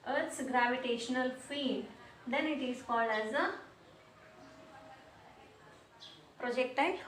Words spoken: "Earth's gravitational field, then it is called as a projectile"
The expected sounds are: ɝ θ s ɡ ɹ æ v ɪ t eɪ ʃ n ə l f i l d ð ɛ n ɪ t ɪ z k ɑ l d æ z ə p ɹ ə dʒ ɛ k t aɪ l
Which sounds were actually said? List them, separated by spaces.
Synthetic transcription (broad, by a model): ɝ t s ɡ ɹ æ v ɪ t eɪ ʃ n ə l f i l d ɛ n ɪ t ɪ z k ɑ l d æ z ə p ɹ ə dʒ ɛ k t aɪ